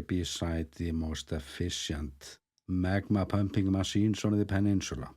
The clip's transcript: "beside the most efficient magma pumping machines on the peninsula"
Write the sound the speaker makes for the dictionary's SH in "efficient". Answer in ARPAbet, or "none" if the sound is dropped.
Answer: S